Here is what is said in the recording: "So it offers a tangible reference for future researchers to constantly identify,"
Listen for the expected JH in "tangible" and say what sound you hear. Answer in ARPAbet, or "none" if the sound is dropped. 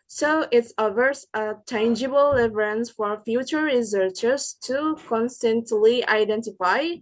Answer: JH